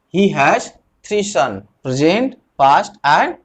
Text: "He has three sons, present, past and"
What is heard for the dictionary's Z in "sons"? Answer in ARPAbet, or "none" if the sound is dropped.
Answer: none